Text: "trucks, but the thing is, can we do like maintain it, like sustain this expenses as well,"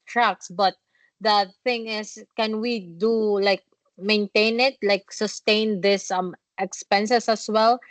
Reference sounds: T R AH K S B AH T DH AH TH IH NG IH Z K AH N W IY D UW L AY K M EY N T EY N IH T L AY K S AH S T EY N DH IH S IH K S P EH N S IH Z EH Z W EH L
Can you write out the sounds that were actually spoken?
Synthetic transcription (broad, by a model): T R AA K S B AH T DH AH TH IH NG IH S K AH N W IY D UW L AY K M EY N T EY N IH T L AY K S AH S T EY N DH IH S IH K S P EH N S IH S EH S W EH L